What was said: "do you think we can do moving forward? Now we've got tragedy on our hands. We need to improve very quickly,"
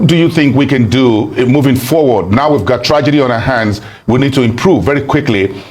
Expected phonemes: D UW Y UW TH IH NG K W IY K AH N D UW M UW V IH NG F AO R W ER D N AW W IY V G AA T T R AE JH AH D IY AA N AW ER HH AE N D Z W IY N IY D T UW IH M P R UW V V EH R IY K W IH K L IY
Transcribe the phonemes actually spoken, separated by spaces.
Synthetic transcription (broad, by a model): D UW Y UW TH IH NG K W IY K AH N D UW M UW V IH NG F AO R W ER D N AW W IY V G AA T T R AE JH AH D IY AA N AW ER HH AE N D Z W IY N IY D T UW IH M P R UW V V EH R IY K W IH K L IY